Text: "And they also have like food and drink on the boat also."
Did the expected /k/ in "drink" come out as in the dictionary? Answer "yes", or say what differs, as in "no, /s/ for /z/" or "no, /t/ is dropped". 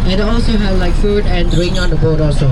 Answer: no, /k/ is dropped